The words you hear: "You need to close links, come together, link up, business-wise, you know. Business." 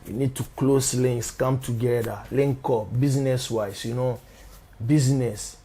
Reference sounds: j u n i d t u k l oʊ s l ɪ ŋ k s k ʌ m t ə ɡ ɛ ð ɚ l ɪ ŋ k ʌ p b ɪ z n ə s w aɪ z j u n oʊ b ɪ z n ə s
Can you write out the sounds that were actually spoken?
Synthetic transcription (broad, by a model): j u n i d t u k l oʊ s l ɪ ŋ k s k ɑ m t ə ɡ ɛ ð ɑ l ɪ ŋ k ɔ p b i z n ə s w aɪ s j u n oʊ b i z n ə s